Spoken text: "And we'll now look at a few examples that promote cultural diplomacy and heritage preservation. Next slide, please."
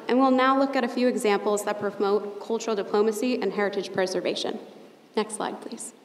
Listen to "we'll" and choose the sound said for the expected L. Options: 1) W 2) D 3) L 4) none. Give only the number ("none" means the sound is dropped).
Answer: 3